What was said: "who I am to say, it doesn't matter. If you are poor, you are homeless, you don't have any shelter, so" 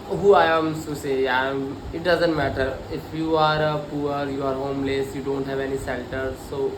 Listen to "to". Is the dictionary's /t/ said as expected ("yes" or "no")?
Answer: no